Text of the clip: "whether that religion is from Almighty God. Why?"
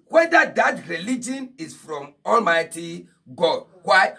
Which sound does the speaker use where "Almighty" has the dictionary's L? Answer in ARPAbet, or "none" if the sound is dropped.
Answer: L